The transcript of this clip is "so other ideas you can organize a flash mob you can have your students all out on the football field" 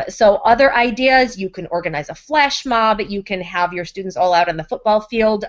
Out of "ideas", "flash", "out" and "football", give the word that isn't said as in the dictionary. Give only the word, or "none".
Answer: none